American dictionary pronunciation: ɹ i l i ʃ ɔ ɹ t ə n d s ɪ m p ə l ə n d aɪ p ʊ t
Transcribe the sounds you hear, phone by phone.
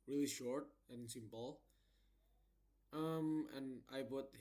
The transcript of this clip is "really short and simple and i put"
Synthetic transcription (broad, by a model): ɹ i l i ʃ ɔ ɹ t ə n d s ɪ m p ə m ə n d aɪ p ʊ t